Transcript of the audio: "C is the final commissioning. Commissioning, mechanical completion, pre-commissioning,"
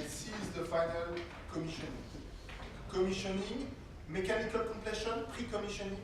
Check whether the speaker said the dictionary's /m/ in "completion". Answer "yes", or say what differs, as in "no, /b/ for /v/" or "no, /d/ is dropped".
no, /m/ is dropped